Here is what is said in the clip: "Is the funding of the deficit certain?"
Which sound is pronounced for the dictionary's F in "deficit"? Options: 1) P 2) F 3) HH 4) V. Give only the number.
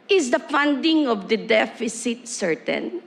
2